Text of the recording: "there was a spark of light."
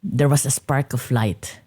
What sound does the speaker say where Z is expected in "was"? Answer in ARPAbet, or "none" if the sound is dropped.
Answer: S